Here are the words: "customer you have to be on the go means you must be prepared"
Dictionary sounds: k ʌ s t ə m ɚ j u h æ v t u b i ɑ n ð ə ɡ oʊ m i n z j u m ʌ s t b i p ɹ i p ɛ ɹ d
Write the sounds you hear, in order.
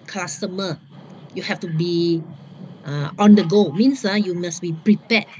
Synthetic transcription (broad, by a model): k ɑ s t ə m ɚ j u h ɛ f t u b i ɑ n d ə ɡ oʊ m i n s j u m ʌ s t b i p ɹ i p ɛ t